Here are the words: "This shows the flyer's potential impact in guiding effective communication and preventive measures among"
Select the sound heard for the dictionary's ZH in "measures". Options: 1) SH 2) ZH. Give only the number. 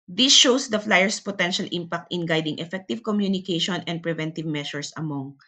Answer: 1